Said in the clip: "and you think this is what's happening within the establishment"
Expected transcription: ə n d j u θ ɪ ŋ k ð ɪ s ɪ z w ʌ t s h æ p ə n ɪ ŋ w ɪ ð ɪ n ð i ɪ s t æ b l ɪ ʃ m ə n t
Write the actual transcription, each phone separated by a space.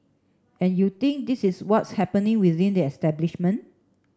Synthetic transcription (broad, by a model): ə n j u t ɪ ŋ k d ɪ s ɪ s w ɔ t s h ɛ p ə n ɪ ŋ w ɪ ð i n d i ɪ s t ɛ b l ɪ ʃ m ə n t